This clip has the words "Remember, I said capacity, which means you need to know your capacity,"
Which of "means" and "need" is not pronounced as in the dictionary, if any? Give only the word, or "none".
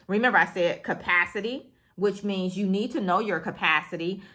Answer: none